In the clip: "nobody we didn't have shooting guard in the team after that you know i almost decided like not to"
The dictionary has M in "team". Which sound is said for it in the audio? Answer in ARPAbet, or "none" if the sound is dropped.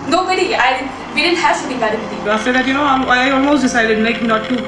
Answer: none